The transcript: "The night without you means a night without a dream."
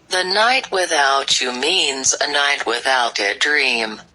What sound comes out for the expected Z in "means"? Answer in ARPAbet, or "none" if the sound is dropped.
Z